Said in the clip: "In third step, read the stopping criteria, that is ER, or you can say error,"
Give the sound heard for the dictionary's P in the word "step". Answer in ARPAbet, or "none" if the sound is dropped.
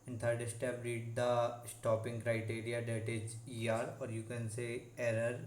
B